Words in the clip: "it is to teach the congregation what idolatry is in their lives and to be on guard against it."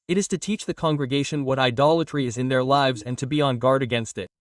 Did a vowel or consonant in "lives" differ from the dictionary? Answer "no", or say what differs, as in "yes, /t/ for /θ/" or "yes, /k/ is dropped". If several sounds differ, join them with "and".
no